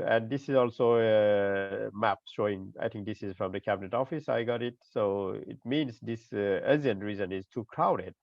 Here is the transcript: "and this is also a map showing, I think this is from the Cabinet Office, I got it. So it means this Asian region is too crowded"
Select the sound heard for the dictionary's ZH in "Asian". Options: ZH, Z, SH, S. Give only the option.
Z